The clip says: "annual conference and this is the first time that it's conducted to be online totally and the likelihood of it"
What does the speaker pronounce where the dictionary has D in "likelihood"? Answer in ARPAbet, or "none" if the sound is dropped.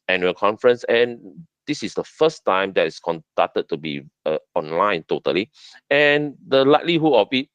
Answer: none